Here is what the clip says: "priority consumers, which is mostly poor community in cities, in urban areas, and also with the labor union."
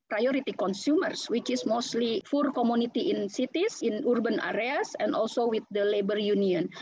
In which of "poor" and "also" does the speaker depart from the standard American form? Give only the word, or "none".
poor